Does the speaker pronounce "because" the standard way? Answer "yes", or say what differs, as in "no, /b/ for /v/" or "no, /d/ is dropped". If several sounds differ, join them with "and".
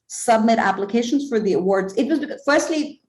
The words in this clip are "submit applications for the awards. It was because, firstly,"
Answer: no, /z/ is dropped